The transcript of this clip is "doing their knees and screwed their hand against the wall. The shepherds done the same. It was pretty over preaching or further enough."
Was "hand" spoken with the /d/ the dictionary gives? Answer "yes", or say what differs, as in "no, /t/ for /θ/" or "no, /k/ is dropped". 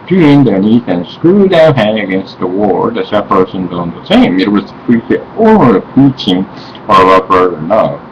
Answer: no, /d/ is dropped